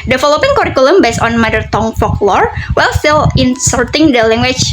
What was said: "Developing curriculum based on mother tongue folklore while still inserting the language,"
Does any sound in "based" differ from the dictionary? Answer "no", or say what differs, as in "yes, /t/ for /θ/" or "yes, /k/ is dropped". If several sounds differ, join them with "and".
yes, /t/ is dropped